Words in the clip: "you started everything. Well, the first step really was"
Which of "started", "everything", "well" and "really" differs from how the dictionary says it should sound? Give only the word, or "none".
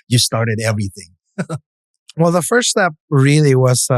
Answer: none